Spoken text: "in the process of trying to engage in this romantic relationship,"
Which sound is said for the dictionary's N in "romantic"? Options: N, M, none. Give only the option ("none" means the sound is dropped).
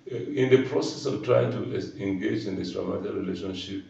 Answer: none